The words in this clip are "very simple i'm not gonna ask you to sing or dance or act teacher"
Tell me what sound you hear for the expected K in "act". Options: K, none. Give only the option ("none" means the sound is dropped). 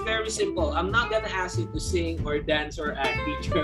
none